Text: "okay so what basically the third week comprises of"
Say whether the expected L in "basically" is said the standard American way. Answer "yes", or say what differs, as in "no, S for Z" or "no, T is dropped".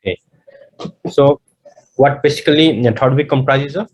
no, L is dropped